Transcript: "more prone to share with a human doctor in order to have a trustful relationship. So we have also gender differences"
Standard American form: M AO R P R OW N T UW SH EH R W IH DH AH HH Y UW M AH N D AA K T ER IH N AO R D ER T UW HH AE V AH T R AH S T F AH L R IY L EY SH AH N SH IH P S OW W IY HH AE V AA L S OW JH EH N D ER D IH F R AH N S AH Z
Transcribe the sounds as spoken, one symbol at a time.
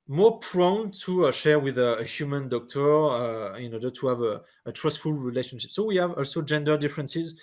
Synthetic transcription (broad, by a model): M AO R P R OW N T UW SH EH R W IH DH AH HH Y UW M AH N D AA K T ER IH N AO R D ER T UW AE V AH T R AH S T F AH L R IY L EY SH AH N SH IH P S OW W IY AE V AA L S OW JH EH N D ER D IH F R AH N S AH Z